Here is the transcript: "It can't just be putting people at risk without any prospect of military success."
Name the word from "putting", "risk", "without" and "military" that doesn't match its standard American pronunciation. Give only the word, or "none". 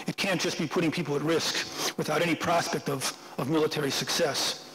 none